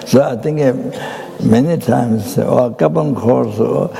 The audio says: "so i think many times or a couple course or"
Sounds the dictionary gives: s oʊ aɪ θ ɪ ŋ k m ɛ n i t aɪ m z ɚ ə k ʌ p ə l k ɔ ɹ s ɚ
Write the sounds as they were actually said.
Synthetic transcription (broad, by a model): s oʊ aɪ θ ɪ ŋ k m ɛ n i t aɪ m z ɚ ə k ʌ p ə n k ɔ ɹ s